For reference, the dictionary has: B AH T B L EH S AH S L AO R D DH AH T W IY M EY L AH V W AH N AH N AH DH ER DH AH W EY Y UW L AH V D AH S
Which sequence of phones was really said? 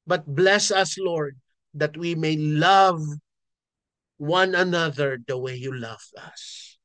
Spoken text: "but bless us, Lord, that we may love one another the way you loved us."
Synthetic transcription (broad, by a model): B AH T B L EH S AH S L AO R D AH T W IY M EY L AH V W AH N AH N AH DH ER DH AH W EY Y UW L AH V AH S